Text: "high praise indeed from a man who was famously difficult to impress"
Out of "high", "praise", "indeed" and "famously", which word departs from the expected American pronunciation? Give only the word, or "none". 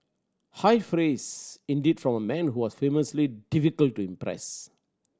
praise